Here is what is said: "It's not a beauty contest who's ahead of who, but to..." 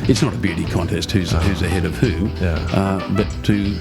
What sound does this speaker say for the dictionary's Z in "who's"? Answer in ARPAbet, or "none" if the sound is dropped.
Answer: Z